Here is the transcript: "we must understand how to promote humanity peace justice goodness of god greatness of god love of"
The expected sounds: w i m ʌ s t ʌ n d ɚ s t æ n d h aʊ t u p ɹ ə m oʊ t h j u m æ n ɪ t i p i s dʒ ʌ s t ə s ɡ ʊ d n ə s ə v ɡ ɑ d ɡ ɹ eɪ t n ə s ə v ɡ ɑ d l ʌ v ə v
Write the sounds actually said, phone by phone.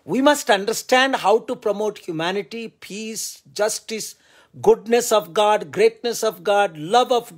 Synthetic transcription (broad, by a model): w i m ʌ s t ʌ n d ɚ s t æ n d h aʊ t u p ɹ ə m oʊ t h j u m æ n ɪ t i p i s dʒ ʌ s t ə s ɡ ʊ d n ə s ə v ɡ ɑ d ɡ ɹ eɪ t n ə s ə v ɡ ɑ d l ʌ v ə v